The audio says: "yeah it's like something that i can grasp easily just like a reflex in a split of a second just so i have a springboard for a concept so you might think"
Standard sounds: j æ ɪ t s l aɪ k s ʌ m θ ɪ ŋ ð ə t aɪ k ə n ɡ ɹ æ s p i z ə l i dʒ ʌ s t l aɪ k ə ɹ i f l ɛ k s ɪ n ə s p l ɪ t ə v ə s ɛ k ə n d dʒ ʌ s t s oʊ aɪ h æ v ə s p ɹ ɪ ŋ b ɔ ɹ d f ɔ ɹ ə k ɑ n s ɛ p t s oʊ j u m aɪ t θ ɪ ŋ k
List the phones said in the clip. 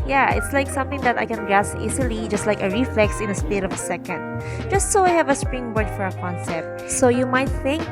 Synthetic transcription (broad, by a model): j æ ɪ t s l aɪ k s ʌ m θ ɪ ŋ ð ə t aɪ k ə n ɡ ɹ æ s i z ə l i dʒ ʌ s t l aɪ k ə ɹ i f l ɛ k s ɪ n ə s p ɪ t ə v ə s ɛ k ə n d dʒ ʌ s t s oʊ aɪ h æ v ə s p ɹ ɪ ŋ b ɔ ɹ d f ɔ ɹ ə k ɑ n s ɛ p t s oʊ j u m aɪ t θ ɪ ŋ k